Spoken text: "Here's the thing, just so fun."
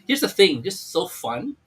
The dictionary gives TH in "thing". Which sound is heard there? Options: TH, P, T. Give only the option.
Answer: TH